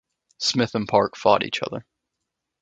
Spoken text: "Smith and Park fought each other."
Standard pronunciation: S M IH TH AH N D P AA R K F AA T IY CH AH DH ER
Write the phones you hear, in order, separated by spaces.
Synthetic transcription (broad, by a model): S M IH TH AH N P AA R K F AA T IY CH AH DH ER